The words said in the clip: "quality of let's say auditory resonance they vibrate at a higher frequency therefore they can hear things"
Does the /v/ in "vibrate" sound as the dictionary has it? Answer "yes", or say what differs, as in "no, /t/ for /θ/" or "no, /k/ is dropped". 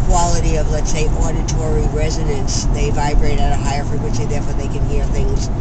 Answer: yes